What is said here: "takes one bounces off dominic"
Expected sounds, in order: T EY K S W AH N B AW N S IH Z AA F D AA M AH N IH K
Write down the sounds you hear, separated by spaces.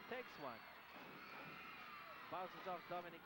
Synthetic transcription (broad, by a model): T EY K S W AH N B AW S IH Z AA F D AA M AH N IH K